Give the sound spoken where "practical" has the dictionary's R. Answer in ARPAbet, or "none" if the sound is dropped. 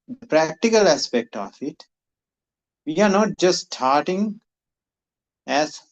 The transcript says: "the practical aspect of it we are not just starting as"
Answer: R